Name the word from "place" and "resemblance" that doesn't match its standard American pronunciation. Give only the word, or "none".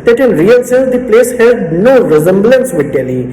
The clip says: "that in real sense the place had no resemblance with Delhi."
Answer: none